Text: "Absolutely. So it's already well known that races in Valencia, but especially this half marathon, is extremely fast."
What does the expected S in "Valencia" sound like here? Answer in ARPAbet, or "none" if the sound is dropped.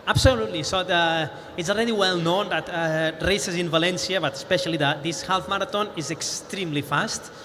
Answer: S